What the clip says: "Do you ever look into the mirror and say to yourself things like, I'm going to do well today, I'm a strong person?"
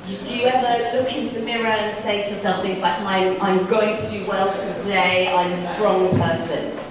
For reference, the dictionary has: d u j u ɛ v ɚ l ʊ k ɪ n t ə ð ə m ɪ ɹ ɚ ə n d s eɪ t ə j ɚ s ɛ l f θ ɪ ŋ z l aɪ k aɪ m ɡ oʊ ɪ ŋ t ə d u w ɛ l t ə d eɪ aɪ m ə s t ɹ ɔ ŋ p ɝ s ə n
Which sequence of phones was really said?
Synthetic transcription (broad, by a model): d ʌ j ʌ ɛ v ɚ l ʊ k ɪ n t ə ð ə m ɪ ɹ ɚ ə n s eɪ t ə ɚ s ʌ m θ ɪ ŋ z l aɪ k aɪ m ɡ oʊ ɪ ŋ t ə d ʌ w ɛ l t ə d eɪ aɪ m ə s t ɹ ɔ ŋ p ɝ s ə n